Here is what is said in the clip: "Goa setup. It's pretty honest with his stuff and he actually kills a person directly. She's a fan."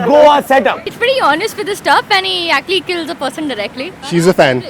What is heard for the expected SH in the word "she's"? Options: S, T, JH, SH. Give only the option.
SH